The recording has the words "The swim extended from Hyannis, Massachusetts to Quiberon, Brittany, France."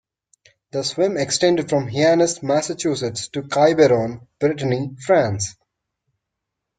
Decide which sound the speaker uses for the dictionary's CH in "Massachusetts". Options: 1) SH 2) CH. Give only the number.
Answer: 2